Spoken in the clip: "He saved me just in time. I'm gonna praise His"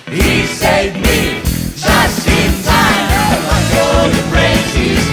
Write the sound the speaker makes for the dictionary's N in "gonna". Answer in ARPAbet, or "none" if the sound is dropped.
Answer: none